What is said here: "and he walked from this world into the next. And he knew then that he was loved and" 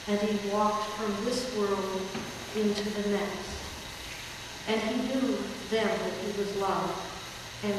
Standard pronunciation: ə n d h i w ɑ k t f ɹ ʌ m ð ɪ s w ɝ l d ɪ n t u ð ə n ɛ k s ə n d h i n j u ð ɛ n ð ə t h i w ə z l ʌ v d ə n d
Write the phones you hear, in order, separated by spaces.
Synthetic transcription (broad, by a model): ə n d i w ɑ k t f ɹ ʌ m ð ɪ s w ɝ l d ɪ n t u ð ə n ɛ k s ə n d i n j u ð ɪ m ð ə t h i w ə z l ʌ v ə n